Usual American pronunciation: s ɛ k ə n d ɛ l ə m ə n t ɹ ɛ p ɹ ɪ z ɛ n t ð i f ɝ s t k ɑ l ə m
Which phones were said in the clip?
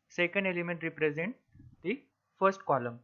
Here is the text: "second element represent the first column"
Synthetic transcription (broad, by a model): s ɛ k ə n d ɛ l ə m ə n t ɹ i p ɹ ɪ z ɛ n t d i f ɝ s t k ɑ l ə m